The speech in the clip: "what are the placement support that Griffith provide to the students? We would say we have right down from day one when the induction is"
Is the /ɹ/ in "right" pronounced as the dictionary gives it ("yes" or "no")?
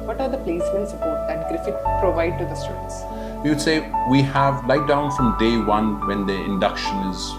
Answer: no